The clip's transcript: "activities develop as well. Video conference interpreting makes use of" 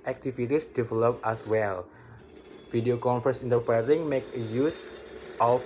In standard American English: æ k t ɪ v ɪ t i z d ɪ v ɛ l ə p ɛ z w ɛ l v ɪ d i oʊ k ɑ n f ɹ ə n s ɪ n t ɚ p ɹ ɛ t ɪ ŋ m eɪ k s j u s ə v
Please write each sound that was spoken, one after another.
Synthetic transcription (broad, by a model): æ k t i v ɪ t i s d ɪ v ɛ l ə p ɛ s w ɛ l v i d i oʊ k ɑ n f ə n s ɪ n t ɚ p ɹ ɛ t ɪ ŋ m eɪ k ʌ j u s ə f